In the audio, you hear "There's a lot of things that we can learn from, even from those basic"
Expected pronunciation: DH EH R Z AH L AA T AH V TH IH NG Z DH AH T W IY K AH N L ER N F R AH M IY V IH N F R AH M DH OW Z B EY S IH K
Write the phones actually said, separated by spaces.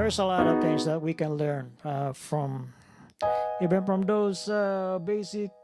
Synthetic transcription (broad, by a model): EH R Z AH L AA T AH V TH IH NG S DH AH T W IY K AH N L ER N F R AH M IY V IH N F R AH M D OW S B EY S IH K